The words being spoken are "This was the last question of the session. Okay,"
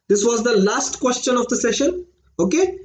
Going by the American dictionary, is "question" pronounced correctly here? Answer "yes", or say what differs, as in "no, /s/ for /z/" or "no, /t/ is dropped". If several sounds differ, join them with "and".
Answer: yes